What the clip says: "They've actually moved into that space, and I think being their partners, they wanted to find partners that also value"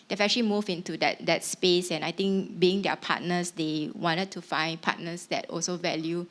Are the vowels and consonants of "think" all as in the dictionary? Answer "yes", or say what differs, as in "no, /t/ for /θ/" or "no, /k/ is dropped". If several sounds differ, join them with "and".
no, /t/ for /θ/